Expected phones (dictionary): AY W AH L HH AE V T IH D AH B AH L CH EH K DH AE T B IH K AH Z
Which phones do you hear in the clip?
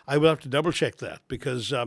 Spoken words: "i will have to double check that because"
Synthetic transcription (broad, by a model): AY W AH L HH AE F T IH D AH B L CH EH K DH AE T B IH K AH Z